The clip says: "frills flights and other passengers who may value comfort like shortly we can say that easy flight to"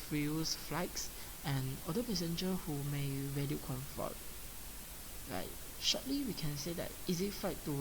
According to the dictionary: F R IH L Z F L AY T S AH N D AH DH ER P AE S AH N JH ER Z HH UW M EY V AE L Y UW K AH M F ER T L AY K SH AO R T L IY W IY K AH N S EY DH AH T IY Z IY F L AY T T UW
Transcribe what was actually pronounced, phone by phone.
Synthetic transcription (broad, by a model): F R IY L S F L AY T S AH N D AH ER P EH S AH N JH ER HH UW M EY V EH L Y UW K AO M F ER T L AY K SH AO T L IY W IY K AH N S EY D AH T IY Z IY F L AY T T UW